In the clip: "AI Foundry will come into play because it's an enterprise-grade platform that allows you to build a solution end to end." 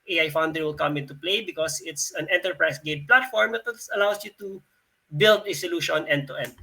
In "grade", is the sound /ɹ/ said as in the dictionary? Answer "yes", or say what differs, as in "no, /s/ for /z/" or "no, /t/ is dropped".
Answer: no, /ɹ/ is dropped